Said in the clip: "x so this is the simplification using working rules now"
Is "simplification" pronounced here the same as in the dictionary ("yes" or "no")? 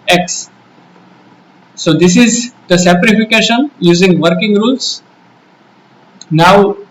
no